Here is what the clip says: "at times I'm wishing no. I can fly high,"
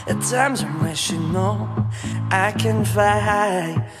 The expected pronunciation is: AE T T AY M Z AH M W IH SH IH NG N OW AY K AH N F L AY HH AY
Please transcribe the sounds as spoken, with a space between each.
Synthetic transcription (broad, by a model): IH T T AY M Z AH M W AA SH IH N OW AY K AH N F AY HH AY